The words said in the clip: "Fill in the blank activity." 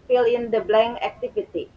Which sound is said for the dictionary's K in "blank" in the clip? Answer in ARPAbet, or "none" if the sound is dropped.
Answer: none